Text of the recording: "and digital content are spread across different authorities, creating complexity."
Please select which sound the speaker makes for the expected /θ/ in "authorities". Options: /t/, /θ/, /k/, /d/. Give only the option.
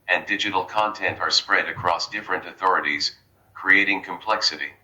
/θ/